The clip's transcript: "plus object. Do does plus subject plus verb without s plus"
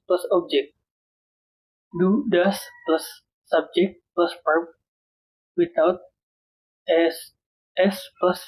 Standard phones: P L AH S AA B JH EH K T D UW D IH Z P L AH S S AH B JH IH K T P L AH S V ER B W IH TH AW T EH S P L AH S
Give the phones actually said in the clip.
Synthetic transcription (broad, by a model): P L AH S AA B JH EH K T D UW D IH S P L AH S S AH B JH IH K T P L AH S P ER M W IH T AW T EH S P L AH S